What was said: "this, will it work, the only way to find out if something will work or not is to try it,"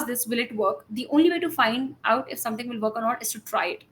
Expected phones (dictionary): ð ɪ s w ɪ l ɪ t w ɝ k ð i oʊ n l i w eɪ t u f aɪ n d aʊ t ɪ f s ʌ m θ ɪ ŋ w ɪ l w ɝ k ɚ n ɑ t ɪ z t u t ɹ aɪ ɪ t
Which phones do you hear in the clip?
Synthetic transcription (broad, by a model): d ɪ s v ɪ l ɪ t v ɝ k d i oʊ n l i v eɪ t u f aɪ n d aʊ t ɪ f s ʌ m t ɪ ŋ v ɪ l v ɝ k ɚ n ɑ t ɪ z t u t ɹ aɪ ɪ t